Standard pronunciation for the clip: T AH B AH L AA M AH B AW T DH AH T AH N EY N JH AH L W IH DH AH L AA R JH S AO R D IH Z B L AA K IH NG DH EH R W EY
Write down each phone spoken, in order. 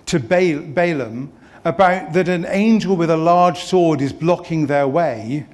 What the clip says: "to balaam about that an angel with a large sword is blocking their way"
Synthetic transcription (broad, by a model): T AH B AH L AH M AH B AW T DH AH T AH N EY N JH AH L W IH DH AH L AA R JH S AO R D IH Z B L AA K IH NG DH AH R W EY